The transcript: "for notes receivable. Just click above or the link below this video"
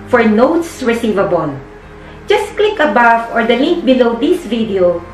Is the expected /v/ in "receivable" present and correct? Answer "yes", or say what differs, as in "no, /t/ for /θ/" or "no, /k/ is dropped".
yes